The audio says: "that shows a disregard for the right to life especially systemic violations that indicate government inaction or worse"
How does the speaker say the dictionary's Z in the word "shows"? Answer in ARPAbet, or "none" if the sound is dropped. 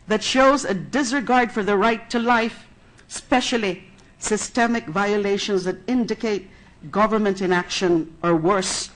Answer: Z